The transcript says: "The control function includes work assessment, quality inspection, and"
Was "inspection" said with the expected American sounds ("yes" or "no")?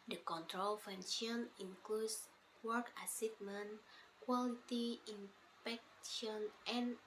no